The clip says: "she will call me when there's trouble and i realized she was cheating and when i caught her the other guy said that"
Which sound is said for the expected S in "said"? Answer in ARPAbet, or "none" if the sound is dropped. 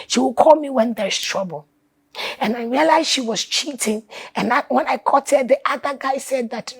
S